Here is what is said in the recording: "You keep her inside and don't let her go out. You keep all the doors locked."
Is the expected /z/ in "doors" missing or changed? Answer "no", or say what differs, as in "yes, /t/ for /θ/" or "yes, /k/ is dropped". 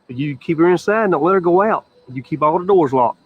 no